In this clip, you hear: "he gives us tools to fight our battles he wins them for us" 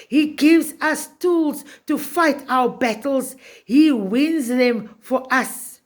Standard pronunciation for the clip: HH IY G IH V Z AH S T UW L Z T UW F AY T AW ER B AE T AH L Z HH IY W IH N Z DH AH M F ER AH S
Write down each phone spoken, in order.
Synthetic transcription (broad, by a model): HH IY G IH V Z AH S T UW L Z T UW F AY T AW ER B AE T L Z HH IY W IH N Z DH AH M F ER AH S